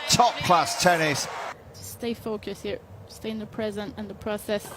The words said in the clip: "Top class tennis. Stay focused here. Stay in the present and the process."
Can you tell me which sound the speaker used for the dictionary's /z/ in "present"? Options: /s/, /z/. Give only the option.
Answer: /z/